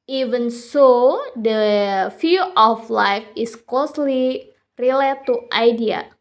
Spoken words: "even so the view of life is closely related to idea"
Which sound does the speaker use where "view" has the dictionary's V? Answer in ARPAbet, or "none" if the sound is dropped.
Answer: F